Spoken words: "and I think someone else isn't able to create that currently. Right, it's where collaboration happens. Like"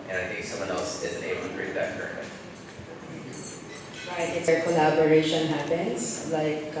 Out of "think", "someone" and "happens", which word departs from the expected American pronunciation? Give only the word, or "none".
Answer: happens